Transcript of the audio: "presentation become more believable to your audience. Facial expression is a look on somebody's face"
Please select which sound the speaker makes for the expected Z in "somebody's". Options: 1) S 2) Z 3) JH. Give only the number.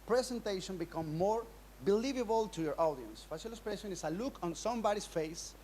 1